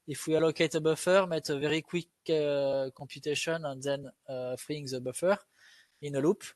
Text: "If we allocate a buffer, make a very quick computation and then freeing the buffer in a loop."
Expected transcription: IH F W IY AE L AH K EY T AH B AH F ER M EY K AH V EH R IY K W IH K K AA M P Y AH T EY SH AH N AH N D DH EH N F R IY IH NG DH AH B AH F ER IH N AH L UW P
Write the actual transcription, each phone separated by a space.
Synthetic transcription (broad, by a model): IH F W IY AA L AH K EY T AH B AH F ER M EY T AH V EH R IY K W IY K K AA P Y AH T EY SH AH N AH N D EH N F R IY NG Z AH B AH F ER IH N AH L UW P